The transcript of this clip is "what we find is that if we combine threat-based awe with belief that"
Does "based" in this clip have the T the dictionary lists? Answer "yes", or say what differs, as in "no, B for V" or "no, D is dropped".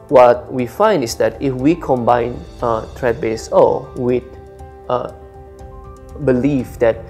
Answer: no, T is dropped